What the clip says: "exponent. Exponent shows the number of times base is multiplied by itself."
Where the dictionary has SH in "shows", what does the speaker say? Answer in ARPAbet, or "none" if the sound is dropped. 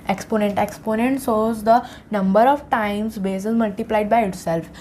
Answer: S